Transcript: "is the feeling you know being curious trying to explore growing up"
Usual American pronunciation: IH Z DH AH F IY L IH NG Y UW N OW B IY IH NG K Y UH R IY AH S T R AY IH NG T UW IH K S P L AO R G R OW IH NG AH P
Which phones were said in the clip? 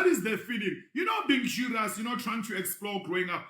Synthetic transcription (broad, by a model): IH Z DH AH F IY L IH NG Y UW N OW B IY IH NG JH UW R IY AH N T R AY IH NG T UW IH K S P L AO G R OW IH NG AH P